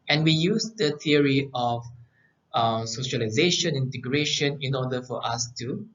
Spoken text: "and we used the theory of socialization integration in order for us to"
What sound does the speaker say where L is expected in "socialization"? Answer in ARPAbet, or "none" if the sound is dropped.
L